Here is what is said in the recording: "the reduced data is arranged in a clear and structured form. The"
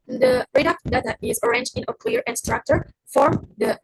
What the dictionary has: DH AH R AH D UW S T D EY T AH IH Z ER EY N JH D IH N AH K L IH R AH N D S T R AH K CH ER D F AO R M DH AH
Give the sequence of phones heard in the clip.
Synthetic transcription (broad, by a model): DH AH R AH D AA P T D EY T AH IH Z ER EY N JH D IH N AH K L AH R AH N S T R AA K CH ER F AO R M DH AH